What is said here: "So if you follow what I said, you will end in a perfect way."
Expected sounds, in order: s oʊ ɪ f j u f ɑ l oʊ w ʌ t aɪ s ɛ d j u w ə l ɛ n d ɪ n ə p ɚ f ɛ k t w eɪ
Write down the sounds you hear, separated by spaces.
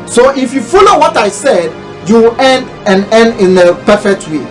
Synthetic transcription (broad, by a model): s oʊ ɪ f j u f ɑ l oʊ w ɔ t aɪ s ɛ d j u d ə n ɛ n d ɪ n ə p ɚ f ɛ k t w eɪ